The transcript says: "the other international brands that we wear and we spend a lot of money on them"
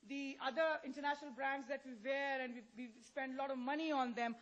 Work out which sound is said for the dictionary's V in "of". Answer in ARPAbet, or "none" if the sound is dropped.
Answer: V